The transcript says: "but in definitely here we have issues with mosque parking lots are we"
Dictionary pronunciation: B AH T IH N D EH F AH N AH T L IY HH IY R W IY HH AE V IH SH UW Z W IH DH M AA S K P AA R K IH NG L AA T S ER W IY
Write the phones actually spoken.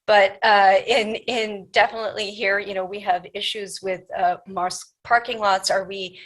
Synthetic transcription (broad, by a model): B AH T IH N D EH F AH N AH T L IY HH IY R W IY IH V IH SH UW Z W IH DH M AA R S P AA R K IH NG L AA T S ER W IY